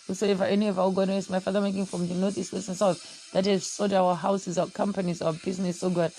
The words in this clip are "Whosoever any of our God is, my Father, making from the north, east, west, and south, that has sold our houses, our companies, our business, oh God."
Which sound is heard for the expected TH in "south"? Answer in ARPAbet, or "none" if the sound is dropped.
F